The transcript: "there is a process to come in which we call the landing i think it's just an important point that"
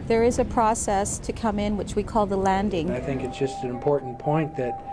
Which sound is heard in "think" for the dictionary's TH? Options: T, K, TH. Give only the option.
TH